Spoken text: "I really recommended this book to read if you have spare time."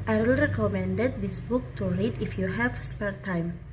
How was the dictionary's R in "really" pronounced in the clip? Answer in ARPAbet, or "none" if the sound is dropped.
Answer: W